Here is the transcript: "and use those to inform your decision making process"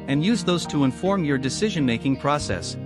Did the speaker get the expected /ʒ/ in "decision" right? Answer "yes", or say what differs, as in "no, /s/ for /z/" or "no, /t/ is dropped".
yes